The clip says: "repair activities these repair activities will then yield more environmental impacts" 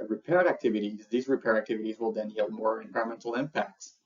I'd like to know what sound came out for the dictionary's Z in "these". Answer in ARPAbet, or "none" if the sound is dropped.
Z